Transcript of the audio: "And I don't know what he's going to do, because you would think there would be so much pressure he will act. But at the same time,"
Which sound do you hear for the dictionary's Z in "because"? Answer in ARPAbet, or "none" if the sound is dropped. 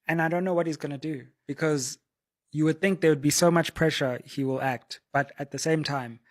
Z